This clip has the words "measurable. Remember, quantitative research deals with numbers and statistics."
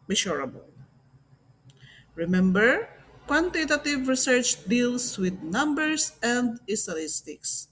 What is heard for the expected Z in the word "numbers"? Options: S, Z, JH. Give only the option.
S